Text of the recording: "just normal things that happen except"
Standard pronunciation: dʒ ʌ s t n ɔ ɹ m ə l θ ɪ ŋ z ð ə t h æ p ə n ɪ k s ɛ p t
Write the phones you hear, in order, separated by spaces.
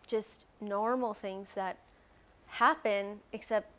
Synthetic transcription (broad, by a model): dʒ ʌ s t n ɔ ɹ m l θ ɪ ŋ z ð ə t h æ p ə n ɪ k s ɛ p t